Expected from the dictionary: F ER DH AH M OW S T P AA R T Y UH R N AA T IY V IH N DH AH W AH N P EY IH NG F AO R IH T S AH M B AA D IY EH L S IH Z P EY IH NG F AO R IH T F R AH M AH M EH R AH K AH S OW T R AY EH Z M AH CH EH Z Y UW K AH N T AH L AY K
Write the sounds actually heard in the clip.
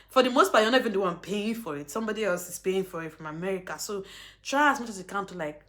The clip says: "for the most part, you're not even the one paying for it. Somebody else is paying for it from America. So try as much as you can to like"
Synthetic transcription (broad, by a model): F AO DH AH M OW S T B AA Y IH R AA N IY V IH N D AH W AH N P EY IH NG F AO R IH T S AH M B AA D IY EH L S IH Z P EY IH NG F AO R IH T F R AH M AH M EH R AH K AH S OW T R AY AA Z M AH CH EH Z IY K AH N T AH L AY K